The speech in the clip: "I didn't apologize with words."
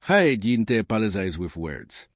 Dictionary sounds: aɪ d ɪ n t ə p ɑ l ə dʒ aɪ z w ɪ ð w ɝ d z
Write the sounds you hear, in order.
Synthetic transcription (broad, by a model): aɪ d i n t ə p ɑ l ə z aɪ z w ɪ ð w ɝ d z